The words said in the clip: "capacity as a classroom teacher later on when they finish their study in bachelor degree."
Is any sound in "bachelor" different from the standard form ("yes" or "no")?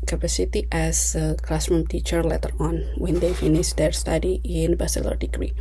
yes